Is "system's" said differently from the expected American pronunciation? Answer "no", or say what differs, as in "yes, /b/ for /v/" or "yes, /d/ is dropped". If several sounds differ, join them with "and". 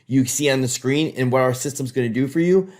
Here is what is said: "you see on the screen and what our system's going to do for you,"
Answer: no